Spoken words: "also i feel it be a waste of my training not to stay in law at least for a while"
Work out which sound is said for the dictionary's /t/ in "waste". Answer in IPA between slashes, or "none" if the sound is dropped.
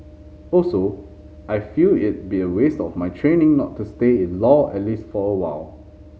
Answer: /t/